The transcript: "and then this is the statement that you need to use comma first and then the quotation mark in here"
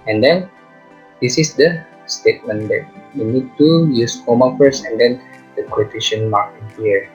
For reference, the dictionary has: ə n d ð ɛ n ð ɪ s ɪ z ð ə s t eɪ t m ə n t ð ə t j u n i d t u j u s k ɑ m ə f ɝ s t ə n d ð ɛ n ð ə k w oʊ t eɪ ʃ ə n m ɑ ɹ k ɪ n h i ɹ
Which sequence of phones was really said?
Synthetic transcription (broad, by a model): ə n d ɛ n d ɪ s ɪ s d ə s t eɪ t m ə n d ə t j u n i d t u j u s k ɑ m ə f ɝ s ə n d ɛ n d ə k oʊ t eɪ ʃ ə n m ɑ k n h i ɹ